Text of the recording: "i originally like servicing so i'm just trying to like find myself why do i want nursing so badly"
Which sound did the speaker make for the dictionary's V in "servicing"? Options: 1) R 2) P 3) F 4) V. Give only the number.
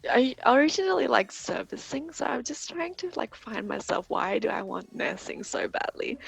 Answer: 4